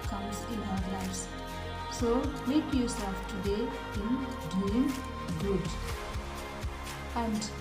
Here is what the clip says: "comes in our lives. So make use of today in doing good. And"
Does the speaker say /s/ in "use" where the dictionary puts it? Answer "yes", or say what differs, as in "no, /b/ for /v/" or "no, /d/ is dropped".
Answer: yes